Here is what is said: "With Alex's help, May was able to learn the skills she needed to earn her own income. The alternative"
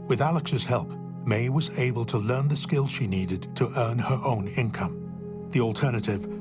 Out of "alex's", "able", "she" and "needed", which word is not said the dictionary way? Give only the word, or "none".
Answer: none